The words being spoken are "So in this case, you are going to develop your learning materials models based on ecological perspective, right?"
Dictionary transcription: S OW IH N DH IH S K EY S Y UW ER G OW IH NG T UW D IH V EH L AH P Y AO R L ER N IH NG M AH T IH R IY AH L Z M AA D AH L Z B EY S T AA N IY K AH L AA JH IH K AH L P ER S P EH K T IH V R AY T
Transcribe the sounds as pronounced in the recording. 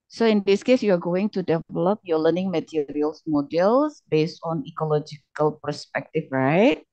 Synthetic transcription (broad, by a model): S OW IH N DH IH S K EY S Y UW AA G OW IH NG T UW D IH V EH L AH P Y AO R L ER N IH NG M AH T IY R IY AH L S M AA D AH L S B EY S T AA N IY K AH L AA JH IH K AH L P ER S P EH K T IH F R AY T